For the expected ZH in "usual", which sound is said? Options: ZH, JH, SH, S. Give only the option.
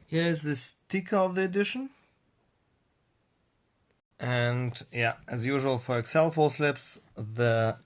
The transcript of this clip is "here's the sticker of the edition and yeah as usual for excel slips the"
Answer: ZH